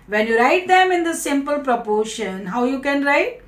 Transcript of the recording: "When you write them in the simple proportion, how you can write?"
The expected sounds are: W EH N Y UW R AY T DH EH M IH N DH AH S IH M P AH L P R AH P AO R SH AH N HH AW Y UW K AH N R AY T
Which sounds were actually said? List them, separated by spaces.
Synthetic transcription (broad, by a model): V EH N Y UW R AY T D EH M IH N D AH S IH M P AH L P R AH P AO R SH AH N HH AW Y UW K AH N R AY T